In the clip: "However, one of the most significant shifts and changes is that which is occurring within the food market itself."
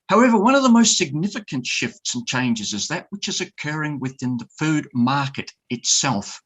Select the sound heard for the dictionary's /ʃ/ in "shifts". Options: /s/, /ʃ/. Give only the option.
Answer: /ʃ/